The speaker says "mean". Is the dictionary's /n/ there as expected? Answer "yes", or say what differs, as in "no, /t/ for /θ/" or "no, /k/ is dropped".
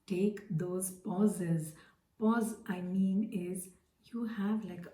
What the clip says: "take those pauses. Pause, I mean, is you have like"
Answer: yes